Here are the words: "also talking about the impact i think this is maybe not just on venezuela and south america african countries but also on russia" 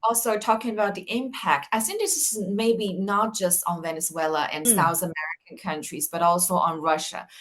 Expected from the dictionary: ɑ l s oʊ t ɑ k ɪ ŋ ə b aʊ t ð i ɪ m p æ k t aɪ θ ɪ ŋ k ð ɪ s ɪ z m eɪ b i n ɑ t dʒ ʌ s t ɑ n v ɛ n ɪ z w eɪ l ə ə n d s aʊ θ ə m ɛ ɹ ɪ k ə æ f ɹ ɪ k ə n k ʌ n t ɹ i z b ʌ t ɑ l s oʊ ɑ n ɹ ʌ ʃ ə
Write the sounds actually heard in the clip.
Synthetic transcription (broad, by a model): ɑ l s oʊ t ɑ k ɪ ŋ ə b aʊ t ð i ɪ m p æ k t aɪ s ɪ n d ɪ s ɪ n m eɪ b i n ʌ t dʒ ʌ s t n v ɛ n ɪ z w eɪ l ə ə n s aʊ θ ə m ɛ ɹ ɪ k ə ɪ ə n k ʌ n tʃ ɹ i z b ʌ t ɑ l s oʊ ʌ n ɹ ʌ ʃ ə